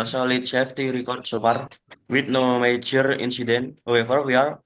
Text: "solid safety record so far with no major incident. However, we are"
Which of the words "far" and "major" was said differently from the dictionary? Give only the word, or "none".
far